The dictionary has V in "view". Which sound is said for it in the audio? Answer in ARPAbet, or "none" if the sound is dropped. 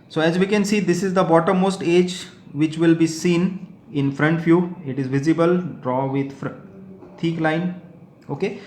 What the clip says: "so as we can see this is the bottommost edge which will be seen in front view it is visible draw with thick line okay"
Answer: F